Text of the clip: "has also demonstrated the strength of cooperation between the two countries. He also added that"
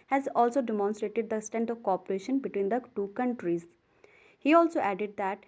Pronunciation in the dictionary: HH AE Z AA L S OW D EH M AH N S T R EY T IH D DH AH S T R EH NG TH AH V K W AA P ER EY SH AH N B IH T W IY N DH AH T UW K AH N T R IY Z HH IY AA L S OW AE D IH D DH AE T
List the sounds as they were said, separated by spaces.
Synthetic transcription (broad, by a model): HH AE Z AA L S OW D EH M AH N S T R EY T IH D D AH S T EH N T AH V K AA P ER EY SH AH N B IH T W IY N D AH T UW K AH N T R IY Z HH IY AA L S OW AE D IH D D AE T